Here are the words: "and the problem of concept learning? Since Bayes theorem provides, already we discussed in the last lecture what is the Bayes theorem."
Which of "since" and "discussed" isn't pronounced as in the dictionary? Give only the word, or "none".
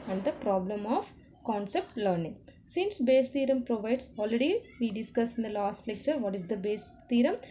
discussed